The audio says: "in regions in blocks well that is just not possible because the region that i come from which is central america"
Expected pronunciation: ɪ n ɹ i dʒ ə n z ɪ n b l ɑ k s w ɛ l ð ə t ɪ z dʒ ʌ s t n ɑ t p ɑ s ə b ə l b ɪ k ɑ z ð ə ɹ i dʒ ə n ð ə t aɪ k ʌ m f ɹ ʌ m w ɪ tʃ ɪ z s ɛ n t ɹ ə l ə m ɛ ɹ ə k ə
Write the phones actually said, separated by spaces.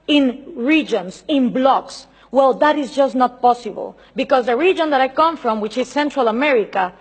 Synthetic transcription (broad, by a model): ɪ n ɹ i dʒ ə n s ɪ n b l ɑ k s w ɛ l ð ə t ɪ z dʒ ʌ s n ɑ t p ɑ s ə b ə l b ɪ k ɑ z ð ə ɹ i dʒ ə n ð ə t aɪ k ʌ m f ɹ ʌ m w ɪ tʃ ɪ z s ɛ n t ɹ ə l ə m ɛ ɹ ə k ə